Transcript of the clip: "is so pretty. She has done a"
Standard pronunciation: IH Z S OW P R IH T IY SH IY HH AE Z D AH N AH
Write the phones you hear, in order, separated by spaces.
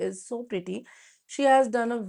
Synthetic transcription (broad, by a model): IH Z S OW P R IH T IY SH IY HH AE Z D AH N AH